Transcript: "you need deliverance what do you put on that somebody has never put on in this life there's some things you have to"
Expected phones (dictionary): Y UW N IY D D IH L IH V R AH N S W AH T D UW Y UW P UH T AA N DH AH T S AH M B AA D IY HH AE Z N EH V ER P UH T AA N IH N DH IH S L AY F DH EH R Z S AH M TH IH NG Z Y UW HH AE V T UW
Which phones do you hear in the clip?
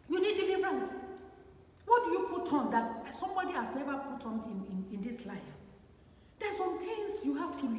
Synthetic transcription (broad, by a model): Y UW N IY D D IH L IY V R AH N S W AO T D UW Y UW P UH T AA N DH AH T S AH M B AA D IY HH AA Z N EH V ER P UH T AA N IH N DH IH S L AY F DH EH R S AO M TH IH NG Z Y UW HH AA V T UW